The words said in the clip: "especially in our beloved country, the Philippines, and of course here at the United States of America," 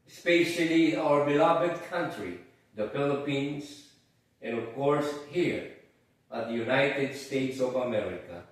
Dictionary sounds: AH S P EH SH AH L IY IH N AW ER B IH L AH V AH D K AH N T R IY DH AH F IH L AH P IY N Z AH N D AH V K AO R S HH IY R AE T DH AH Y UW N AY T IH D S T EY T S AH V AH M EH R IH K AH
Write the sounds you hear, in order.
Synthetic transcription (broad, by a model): S P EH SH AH L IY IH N AW ER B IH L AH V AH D K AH N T R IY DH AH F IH L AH P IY N S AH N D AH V K AO R S HH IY R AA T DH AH Y UW N AY T IH D S T EY T S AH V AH M EH R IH K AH